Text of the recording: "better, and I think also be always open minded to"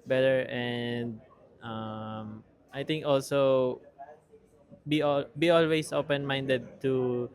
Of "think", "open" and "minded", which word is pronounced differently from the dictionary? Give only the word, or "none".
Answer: think